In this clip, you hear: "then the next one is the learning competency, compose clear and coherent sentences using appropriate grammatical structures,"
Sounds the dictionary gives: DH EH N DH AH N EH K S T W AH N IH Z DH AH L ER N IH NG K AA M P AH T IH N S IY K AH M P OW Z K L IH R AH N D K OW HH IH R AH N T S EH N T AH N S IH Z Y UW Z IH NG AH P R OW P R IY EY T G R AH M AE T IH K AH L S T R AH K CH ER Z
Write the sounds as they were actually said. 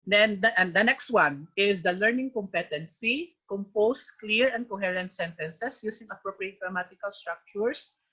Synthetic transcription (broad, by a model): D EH N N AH N EH K S T W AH N IH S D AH L ER N IH NG K AA M P AH T IH N S IY K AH M P OW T K L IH R AH N D K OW HH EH R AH N T S EH N T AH N S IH S Y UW S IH NG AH P R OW P R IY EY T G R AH M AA T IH K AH L S T R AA K CH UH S